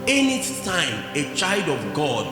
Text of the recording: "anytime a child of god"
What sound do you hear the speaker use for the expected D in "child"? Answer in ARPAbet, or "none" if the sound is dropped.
D